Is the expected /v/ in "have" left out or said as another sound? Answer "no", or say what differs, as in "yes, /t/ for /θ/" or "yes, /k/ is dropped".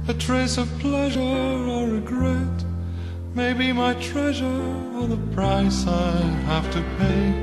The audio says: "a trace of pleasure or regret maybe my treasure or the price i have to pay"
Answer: yes, /f/ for /v/